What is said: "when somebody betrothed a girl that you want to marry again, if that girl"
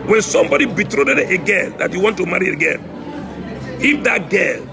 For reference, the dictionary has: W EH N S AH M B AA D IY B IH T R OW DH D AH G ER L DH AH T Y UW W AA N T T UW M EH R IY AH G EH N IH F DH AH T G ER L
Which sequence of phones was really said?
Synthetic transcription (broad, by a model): W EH N S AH M B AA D IY B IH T R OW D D AH G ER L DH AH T Y UW W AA N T T UW M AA R IY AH G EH L IH F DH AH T G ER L